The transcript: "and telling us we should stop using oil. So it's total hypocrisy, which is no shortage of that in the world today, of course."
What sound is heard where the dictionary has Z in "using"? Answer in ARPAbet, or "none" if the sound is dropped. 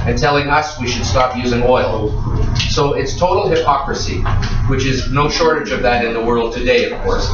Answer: Z